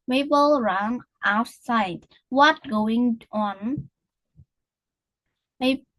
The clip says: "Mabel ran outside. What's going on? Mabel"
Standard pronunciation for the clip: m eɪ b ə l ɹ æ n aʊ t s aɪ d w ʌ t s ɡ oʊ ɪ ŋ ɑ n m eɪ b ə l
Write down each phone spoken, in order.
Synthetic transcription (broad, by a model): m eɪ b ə l ɹ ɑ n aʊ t s aɪ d w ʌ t ɡ oʊ ɪ ŋ ɑ n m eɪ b